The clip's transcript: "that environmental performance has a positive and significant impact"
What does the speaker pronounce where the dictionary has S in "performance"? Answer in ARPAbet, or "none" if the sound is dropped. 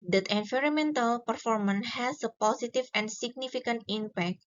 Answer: none